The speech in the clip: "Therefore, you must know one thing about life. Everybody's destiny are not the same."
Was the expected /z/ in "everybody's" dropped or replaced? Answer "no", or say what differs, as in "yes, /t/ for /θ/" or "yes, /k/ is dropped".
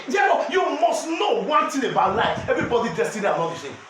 yes, /z/ is dropped